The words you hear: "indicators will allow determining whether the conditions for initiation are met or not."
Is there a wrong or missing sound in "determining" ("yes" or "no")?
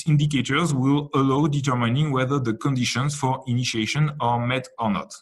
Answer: no